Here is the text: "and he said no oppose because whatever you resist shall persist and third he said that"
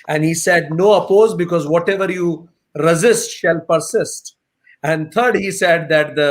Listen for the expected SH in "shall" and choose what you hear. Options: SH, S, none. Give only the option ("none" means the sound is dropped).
SH